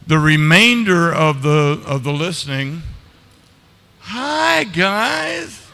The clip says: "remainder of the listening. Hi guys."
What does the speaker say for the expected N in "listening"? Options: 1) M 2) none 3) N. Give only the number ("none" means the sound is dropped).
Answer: 3